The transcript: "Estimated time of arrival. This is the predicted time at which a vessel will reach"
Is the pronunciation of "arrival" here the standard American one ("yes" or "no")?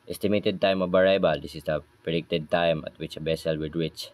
no